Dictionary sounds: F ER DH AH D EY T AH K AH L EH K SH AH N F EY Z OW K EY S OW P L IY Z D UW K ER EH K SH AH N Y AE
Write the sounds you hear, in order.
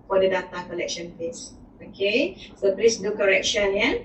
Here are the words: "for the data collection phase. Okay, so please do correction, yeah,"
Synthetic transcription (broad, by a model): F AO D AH D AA T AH K AH L EH K SH AH N P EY S OW K EY S OW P L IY S D UW K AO EH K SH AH N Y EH